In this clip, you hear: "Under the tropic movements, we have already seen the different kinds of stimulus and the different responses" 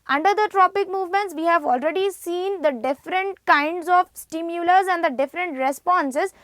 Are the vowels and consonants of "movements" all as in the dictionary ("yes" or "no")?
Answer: yes